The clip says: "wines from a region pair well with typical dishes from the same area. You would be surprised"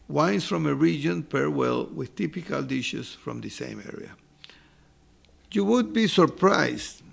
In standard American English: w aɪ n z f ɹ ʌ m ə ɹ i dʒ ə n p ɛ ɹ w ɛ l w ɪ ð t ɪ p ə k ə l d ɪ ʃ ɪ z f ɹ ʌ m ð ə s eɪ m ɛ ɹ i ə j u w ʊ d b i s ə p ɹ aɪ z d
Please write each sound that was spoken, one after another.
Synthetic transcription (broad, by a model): w aɪ n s f ɹ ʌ m ə ɹ i dʒ ə n p ɛ ɹ w ɛ l w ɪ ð t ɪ p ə k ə l d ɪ ʃ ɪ s f ɹ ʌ m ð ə s eɪ m ɛ ɹ i ə j u w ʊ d b i s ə p ɹ aɪ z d